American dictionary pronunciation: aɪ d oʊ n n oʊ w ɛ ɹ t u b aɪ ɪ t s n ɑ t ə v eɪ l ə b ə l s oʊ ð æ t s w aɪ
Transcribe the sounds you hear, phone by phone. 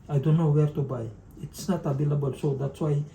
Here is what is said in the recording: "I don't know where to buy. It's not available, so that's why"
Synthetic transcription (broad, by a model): aɪ d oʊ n n oʊ w ɛ ɹ t u b aɪ ɪ t s n ɑ t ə b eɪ l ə b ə l s oʊ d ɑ t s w aɪ